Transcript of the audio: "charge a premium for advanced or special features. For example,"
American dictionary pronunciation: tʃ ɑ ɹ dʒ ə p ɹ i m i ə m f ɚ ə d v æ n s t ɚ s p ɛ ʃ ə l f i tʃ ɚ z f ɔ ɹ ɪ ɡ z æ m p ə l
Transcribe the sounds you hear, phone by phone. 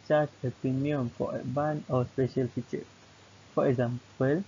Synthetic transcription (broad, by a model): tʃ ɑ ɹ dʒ ə p ɹ i m i ə m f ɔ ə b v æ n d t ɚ s p ɛ ʃ ə l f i tʃ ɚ f ɔ ɹ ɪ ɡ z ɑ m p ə l